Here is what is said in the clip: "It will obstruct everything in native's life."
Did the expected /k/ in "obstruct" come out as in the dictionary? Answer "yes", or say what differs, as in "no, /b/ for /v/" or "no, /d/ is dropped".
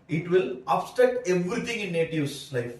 no, /k/ is dropped